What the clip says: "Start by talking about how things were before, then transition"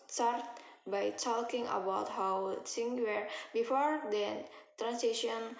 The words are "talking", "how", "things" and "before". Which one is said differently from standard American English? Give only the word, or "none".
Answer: things